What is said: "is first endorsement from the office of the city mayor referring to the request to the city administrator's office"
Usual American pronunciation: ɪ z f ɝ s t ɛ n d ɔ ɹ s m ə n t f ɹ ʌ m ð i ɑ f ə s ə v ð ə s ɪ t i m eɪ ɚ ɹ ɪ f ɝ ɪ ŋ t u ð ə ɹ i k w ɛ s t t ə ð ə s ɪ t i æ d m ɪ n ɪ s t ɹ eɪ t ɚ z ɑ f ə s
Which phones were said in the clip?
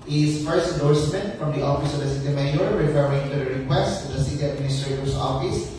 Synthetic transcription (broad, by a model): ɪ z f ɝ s ɛ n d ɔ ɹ s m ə n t f ɹ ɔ m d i ɑ f ə s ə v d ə s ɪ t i m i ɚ ɹ ɪ f ɝ ɪ ŋ t u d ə ɹ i k w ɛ s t t ə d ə s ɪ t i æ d m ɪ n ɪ s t ɹ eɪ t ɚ s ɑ f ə s